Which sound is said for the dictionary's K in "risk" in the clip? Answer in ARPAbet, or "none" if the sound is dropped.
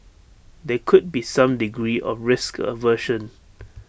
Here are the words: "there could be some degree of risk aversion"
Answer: K